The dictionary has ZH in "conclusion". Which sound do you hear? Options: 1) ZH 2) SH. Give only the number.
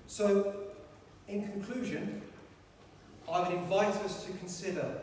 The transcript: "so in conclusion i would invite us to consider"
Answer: 1